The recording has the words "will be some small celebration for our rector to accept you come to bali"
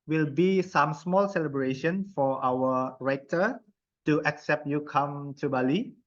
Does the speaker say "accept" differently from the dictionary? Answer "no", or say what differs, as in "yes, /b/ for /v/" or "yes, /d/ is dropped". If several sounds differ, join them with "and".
no